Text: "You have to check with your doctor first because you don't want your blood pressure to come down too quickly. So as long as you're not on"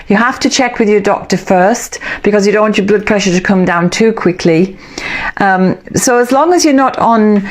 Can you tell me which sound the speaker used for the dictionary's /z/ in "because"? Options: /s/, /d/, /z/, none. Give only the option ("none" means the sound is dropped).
/z/